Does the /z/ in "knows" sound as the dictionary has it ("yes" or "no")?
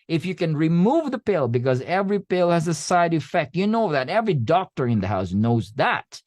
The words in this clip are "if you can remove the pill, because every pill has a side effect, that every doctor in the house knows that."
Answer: yes